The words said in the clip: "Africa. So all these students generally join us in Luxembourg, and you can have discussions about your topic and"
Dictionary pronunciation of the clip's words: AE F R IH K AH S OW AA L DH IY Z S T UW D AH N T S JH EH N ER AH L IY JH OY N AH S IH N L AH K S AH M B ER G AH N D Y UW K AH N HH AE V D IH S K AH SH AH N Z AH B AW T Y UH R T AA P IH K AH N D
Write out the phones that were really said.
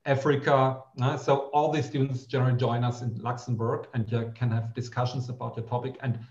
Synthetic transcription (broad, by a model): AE F R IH K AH S OW AA L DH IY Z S T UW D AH N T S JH EH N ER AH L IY JH OY N AH S IH N L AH K S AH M B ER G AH N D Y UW K AH N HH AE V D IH S K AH SH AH N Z AH B AW T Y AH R T AA P IH K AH N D